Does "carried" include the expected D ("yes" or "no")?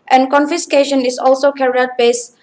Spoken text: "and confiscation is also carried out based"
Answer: no